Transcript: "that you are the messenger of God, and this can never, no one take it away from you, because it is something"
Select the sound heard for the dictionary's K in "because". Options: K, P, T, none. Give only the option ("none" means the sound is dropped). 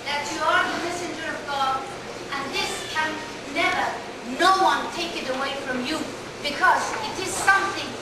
K